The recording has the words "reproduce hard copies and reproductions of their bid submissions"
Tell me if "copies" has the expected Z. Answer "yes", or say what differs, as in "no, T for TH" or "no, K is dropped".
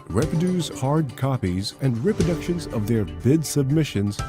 yes